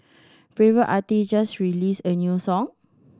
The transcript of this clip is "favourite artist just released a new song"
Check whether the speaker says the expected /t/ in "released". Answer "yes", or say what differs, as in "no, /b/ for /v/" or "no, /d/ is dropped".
no, /t/ is dropped